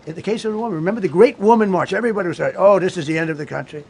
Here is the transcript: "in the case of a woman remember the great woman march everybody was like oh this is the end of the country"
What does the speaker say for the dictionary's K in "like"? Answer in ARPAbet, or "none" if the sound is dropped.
none